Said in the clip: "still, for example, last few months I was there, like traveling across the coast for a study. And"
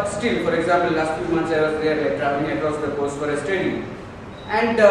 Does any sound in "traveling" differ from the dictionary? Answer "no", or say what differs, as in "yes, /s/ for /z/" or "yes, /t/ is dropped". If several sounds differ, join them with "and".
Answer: yes, /l/ is dropped